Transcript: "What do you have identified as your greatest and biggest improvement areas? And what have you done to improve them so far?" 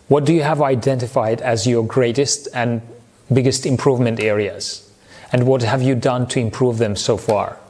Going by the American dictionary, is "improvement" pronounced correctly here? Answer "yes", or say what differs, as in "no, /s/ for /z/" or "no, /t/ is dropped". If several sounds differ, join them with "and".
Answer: yes